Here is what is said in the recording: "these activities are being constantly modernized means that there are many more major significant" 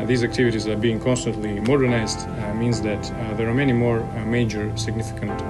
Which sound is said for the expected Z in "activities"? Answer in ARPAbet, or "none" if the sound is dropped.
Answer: Z